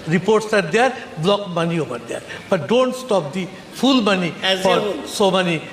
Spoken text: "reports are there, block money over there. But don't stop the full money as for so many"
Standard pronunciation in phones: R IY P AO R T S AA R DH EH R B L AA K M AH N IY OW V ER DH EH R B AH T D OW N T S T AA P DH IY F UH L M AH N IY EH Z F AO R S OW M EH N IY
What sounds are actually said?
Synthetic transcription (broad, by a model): R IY P AO R T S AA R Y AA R B L AA K M AH N IY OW P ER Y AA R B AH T D OW N T S T AA P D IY P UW L M AH N IY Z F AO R S OW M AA N IY